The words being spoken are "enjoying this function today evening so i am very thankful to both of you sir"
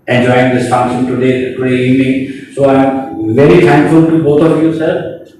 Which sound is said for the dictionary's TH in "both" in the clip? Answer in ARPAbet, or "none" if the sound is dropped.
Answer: T